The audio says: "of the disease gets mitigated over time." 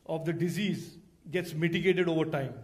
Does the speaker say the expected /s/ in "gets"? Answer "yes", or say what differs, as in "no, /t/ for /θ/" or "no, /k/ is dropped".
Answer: yes